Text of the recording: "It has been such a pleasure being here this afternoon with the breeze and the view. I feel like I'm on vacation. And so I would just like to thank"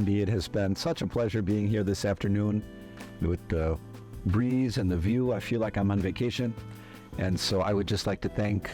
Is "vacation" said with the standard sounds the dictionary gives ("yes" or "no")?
yes